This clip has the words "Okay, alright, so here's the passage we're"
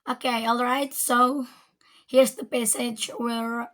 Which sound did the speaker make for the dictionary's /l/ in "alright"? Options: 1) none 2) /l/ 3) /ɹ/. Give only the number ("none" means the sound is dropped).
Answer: 2